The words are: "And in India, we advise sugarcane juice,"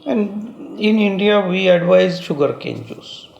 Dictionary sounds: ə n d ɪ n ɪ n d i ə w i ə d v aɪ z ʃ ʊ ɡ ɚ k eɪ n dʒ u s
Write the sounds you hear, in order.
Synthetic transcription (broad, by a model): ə n d ɪ n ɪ n d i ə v i ə d v aɪ z ʃ ʊ ɡ ɚ k eɪ n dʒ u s